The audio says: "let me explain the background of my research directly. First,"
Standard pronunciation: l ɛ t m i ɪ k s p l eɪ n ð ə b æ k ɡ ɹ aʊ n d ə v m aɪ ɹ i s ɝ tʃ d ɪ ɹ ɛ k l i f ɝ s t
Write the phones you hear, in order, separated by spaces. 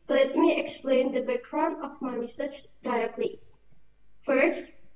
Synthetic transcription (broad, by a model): l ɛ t m i ɪ k s p l eɪ n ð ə b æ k ɹ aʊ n ə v m aɪ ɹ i s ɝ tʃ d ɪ ɹ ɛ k l i f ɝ s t